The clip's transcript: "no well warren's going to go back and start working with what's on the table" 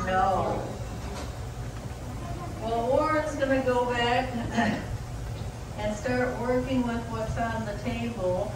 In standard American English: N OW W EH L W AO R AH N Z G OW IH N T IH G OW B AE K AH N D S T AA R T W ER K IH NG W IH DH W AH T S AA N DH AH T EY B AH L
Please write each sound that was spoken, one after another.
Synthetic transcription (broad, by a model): N OW W EH L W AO R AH Z G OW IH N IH G OW B AE K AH N S T AA R T W ER K IH NG W IH DH W AH T S N DH AH T EY B L